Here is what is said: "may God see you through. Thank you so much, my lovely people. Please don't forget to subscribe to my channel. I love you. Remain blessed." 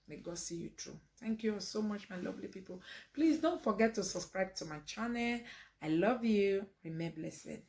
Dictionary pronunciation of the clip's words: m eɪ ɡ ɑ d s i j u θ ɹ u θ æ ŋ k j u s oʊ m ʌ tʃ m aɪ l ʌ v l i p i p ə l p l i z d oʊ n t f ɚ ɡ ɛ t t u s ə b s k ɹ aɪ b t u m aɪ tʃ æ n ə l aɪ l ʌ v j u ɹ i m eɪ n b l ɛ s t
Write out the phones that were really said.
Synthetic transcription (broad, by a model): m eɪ ɡ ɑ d s i j u t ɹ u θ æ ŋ k j u s oʊ m ʌ tʃ m aɪ l ʌ v l i p i p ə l p l i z d oʊ n t f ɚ ɡ ɛ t t u s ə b s k ɹ aɪ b t u m aɪ tʃ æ n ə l aɪ l ʌ v j u ɹ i m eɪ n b l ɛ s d